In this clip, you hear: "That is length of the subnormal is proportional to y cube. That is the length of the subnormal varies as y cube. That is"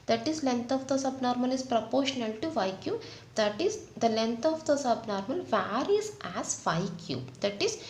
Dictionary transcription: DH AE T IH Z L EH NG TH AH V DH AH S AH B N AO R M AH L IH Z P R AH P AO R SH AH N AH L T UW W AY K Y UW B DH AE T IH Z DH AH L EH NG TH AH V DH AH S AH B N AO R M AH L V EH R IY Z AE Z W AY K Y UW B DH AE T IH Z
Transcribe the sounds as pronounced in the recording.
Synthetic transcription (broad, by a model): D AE T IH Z L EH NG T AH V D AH S AH B N AO R M AH L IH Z P R AH P AO R SH AH N AH L T UW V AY K Y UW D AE T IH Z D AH L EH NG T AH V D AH S AH B N AO R M AH L V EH R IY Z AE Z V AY K Y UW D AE T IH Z